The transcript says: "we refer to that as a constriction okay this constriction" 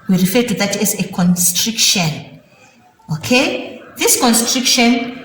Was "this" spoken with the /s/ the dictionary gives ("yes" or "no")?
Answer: yes